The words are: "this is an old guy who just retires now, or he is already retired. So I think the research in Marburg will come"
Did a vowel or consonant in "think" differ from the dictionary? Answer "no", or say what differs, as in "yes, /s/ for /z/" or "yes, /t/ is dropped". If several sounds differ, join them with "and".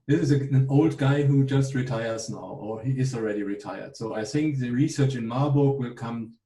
no